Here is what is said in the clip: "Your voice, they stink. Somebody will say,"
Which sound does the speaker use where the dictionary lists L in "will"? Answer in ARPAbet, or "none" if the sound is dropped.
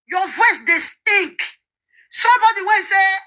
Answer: N